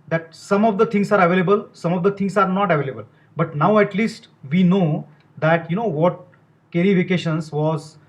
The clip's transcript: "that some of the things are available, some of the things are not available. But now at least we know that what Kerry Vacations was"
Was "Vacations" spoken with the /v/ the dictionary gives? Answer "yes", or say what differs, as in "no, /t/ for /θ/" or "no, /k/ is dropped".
no, /f/ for /v/